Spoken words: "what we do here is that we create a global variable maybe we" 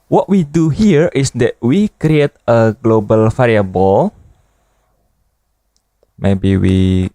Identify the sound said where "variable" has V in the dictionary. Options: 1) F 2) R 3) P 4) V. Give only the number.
1